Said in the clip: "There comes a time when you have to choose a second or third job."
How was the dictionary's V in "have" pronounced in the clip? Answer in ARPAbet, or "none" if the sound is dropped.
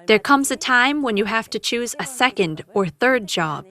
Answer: F